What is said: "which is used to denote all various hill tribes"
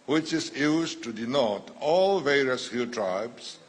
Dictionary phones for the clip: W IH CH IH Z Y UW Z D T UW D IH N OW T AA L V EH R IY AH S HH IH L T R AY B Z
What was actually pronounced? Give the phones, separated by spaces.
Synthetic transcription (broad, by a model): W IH CH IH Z Y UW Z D T UW D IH N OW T AA L V EH R IY AH S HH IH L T R AY B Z